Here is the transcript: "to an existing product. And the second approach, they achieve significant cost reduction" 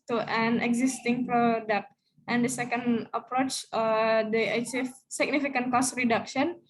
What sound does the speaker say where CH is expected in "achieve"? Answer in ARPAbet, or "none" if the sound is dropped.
S